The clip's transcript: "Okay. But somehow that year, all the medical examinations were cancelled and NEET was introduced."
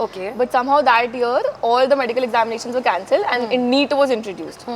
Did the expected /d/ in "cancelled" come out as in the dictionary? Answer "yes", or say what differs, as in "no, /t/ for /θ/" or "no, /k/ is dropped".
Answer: yes